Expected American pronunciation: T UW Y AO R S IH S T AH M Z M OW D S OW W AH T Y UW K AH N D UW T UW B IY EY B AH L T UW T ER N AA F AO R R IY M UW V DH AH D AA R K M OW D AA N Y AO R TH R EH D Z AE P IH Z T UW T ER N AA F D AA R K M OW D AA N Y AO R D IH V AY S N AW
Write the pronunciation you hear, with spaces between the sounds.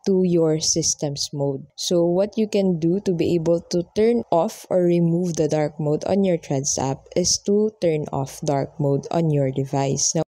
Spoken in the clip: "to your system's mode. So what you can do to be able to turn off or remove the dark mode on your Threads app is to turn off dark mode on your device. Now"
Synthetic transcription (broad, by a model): T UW Y AO R S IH S T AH M S M OW D S OW W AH T Y UW K AH N D UW T UW B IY EY B AH L T UW T ER N AA F AO R R IY M UW V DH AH D AA R K M OW D AA N Y AO R T R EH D S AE P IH S T UW T ER N AA F D AA R K M OW D AA N Y AO R D IH V AY S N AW